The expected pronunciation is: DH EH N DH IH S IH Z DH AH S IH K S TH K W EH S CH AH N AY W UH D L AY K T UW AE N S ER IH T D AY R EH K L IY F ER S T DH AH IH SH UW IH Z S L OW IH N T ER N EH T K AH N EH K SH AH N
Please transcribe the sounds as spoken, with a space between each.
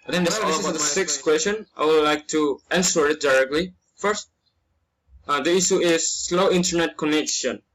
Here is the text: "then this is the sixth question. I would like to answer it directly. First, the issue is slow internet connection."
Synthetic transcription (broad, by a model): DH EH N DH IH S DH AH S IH K S K W EH S CH AH N AY W UH D L AY K T UW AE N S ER IH T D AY R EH K L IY F ER S T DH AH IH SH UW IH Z S L OW IH N T ER N EH T K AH N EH K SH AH N